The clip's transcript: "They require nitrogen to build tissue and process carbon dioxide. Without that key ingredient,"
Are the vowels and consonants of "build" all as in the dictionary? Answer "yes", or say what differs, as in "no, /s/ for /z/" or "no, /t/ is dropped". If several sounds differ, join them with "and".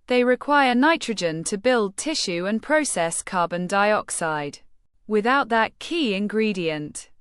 yes